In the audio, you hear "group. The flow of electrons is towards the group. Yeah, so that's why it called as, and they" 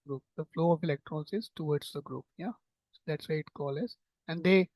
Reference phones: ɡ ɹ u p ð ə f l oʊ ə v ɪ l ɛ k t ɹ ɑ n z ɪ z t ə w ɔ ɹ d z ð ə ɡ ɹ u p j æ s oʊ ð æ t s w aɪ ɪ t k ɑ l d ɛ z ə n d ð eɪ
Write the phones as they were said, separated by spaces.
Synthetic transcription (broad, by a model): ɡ ɹ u p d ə f l oʊ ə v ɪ l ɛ k t ɹ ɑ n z ɪ z t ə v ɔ ɹ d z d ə ɡ ɹ u p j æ s oʊ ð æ t s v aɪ ɪ t k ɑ l ɛ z ə n d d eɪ